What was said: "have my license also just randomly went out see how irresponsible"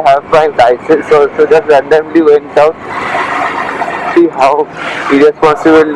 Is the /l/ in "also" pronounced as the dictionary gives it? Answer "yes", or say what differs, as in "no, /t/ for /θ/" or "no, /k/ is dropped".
no, /l/ is dropped